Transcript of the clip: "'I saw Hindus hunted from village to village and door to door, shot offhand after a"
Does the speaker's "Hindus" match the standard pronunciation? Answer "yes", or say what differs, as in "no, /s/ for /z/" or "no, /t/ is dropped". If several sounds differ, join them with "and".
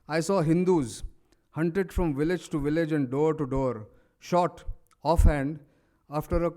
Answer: yes